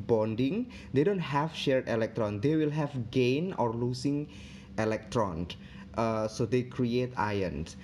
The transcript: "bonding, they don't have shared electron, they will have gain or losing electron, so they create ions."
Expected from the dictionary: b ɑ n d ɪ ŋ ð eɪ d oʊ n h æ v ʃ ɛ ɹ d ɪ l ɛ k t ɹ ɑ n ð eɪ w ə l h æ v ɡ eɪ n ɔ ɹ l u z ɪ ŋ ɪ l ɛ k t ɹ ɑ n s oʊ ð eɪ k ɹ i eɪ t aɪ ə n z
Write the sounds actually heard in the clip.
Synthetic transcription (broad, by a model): b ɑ n d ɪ ŋ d eɪ d oʊ n h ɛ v ʃ ɛ ɹ d ɪ l ɛ k t ɹ ɑ n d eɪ w ə l h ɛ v ɡ eɪ n ɔ ɹ l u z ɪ ŋ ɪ l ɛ k t ɹ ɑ n s oʊ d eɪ k ɹ i eɪ t aɪ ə n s